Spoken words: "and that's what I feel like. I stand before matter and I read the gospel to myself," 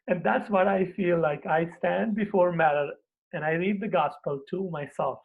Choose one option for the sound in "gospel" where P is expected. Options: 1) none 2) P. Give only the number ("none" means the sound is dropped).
2